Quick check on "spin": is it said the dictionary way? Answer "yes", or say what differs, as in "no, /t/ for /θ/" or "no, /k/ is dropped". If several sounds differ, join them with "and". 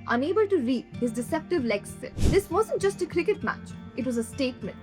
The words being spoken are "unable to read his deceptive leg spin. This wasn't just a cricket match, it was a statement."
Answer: no, /p/ is dropped